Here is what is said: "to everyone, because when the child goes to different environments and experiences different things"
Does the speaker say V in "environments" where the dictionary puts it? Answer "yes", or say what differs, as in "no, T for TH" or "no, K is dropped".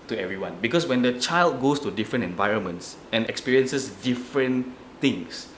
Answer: yes